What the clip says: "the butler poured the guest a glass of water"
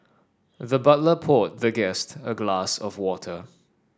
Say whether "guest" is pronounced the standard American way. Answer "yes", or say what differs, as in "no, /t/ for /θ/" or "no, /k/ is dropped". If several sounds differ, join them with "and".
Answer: yes